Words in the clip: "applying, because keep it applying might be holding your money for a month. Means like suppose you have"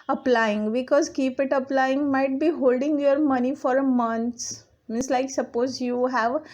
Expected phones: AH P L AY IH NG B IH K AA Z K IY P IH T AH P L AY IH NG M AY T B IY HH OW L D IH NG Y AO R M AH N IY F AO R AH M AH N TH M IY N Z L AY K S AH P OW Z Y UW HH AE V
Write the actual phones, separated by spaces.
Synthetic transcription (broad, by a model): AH P L AY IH NG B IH K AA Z K IY P IH T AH P L AY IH NG M AY T B IY HH OW L D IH NG Y AO R M AH N IY F AO R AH M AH N S M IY N S L AY K S AH P OW Z Y UW HH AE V